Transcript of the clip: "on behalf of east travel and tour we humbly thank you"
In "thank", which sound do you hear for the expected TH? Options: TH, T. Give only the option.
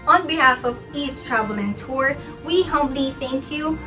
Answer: TH